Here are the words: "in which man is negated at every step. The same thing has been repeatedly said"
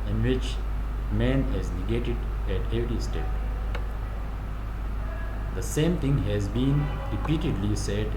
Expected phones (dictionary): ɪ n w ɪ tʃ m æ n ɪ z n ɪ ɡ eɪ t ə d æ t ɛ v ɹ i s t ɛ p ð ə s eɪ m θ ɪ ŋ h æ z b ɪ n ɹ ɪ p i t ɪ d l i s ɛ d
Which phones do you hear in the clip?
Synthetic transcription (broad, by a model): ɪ n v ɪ tʃ m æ n ɪ z n ɪ ɡ eɪ t ə d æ t ɛ v ɹ i s t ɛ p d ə s eɪ m t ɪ ŋ h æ z b ɪ n ɹ ɪ p i t ɪ d l i s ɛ d